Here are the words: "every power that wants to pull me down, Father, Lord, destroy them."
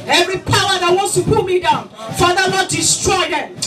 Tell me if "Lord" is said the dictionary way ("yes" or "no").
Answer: no